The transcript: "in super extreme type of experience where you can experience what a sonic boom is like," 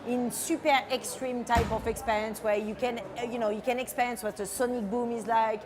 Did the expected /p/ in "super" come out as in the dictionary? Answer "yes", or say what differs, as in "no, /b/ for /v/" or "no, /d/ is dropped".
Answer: yes